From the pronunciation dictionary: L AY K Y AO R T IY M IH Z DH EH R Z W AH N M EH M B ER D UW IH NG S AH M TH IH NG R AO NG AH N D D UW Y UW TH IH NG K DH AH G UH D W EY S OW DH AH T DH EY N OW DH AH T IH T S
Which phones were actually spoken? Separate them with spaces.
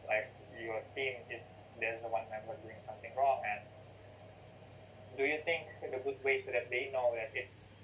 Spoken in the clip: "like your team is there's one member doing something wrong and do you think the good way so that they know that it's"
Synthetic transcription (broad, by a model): L AY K Y AO R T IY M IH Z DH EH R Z W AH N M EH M ER D UW IH NG S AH M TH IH NG R AO NG AH N D D UW Y UW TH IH NG K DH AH G UH D W EY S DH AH T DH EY N OW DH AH T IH T S